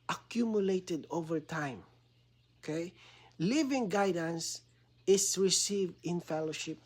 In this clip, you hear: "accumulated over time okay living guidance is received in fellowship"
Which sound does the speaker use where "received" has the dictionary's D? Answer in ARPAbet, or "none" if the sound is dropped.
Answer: D